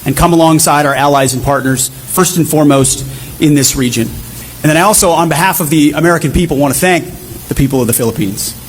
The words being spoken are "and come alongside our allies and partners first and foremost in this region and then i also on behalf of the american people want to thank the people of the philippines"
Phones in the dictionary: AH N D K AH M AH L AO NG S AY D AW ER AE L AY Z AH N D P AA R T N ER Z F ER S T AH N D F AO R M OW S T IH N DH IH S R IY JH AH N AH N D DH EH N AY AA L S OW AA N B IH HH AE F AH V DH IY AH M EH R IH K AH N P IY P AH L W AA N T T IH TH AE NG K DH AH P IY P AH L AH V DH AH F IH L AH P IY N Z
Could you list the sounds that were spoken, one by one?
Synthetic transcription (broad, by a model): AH N K AH M AH L AO NG S AY D AW ER AE L AY Z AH N P AA R T N ER Z F ER S T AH N F AO R M OW S T IH N DH IH S R IY JH AH N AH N DH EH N AY AA L S OW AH N B IH HH AE F AH V DH IY AH M EH R IH K AH N P IY P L W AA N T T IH TH AE NG K DH AH P IY P L AH V DH AH F IH L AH P IY N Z